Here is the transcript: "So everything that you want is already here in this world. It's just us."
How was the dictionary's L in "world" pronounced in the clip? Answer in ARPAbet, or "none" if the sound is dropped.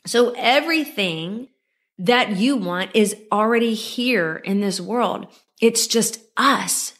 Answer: L